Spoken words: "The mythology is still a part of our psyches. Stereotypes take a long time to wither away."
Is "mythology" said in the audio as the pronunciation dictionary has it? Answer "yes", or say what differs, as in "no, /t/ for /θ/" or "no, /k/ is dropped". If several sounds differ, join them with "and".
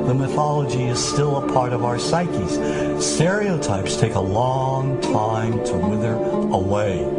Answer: yes